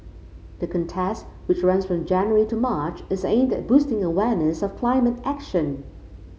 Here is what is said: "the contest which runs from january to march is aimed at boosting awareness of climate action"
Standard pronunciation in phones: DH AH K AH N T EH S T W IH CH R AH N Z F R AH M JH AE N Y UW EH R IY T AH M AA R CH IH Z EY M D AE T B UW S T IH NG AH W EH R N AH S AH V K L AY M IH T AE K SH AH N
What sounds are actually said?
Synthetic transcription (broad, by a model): DH AH K AH N T EH S T W IH CH R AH N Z F R AH M JH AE N Y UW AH R IY T AH M AA R CH IH Z EY M D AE T B UW S T IH NG AH W EH R N AH S AH V K L AY M IH T AE K SH AH N